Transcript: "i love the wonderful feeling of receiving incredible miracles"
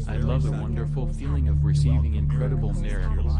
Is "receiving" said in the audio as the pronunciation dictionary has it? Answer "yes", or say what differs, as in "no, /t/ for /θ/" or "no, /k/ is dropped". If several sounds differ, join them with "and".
yes